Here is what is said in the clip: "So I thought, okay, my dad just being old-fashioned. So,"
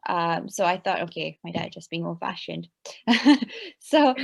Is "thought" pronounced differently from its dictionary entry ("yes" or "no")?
no